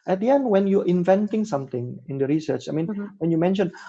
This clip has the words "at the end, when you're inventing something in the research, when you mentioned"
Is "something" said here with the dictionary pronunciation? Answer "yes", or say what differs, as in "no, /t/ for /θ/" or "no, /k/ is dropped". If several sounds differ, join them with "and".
no, /t/ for /θ/